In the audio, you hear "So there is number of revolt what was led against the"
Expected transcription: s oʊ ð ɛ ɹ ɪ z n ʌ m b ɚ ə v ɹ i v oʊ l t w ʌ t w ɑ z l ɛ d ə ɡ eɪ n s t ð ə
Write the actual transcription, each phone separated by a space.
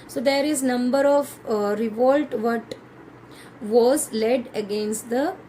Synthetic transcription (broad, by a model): s oʊ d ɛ ɹ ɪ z n ʌ m b ɚ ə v ɹ i v oʊ l t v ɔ t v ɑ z l ɛ d ə ɡ eɪ n s t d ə